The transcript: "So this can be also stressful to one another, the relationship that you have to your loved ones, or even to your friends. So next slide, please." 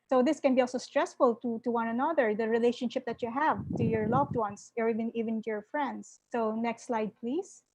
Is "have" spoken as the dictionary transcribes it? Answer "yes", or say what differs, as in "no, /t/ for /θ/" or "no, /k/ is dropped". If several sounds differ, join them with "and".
yes